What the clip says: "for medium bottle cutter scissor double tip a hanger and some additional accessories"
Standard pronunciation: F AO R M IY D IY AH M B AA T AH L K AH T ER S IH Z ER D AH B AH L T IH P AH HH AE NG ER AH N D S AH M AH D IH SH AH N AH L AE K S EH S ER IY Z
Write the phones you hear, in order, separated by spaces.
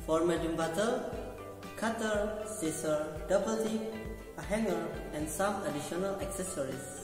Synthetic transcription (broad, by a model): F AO R M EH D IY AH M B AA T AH K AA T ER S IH S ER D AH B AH L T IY AH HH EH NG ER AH N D S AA M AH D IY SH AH N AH L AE K S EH S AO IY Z